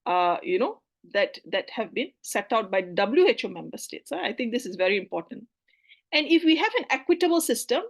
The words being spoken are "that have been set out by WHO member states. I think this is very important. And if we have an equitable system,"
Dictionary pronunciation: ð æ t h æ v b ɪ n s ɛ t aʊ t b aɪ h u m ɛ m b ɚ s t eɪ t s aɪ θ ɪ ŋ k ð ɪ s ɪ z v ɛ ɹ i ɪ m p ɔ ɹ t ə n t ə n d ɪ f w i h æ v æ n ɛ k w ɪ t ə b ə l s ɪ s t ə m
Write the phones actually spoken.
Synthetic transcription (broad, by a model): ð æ t h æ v b ɪ n s ɛ t aʊ t b aɪ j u m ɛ m b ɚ s t eɪ t s aɪ t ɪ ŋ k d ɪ s ɪ z v ɛ ɹ i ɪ m p ɔ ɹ t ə n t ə n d ɪ f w i h æ v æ n ɛ k w ɪ t ə b ə l s ɪ s t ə m